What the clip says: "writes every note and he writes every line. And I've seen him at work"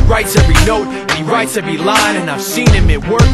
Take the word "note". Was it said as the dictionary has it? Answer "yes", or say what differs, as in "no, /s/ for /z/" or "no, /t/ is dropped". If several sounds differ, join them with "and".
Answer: no, /t/ is dropped